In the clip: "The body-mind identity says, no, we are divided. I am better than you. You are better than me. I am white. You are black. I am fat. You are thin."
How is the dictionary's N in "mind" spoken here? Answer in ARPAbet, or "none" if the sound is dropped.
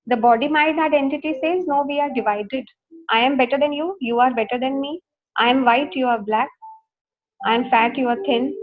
none